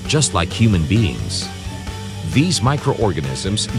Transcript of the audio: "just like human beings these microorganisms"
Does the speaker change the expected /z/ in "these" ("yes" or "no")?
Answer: no